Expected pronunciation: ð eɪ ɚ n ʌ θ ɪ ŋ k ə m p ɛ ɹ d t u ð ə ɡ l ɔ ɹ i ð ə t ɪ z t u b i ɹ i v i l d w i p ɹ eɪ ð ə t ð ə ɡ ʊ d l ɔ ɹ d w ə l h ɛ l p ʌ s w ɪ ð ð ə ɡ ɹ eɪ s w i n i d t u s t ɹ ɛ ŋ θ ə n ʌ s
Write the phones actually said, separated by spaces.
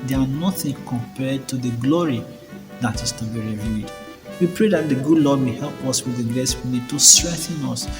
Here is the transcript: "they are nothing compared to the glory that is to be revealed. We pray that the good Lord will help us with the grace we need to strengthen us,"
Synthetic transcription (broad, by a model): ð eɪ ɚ n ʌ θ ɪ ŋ k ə m p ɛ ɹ d t u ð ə ɡ l ɔ ɹ i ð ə t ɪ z t u b i ɹ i v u d w i p ɹ eɪ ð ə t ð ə ɡ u d l ɔ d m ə h ɛ l p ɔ s w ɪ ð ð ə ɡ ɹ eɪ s w i n i d t u s t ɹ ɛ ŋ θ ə n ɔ s